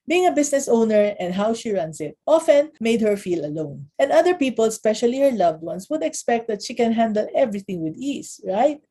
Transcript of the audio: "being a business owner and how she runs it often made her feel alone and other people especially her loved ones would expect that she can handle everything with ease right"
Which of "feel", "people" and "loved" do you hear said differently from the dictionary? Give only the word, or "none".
none